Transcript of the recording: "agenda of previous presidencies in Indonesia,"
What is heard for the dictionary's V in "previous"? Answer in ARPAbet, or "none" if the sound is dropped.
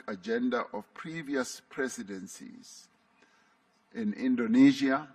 V